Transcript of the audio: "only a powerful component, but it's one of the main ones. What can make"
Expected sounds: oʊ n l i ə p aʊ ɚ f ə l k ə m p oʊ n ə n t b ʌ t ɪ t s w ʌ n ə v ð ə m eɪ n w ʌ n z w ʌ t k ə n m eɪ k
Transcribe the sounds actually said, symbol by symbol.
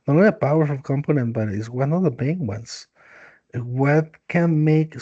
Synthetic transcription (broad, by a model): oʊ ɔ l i ə p aʊ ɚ ə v k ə m p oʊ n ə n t b ʌ t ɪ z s w ʌ n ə ð ə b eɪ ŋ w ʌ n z w ʌ t k ə n m eɪ k